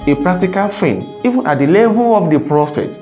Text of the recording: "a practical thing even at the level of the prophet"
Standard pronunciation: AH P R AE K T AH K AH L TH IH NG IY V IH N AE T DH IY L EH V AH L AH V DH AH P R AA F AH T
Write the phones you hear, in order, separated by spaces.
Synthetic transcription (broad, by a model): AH P R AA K T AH K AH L F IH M IY V IH N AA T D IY L EH V AH L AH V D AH P R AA F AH T